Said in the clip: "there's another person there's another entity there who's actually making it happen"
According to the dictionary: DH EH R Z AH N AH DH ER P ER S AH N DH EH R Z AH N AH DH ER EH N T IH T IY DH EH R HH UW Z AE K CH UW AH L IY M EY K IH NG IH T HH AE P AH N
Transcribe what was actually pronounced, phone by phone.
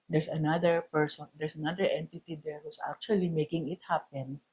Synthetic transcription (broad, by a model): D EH R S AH N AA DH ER P ER S AH N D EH R S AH N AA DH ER EH N T IH T IY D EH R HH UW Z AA K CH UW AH L IY M EY K IH NG IH T HH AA P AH N